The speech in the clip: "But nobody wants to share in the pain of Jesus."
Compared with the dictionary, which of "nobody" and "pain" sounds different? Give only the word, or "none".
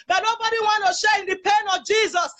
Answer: none